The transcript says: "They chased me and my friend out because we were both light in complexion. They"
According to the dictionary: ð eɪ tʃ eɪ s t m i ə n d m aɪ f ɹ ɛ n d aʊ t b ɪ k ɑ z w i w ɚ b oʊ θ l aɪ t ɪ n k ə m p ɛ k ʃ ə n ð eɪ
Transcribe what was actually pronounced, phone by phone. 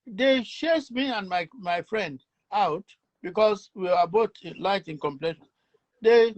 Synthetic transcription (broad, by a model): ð eɪ ʃ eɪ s m i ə n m m aɪ f ɹ ɛ n d aʊ t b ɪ k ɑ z w i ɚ b oʊ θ l aɪ t ɪ n k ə m p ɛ ʃ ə n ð eɪ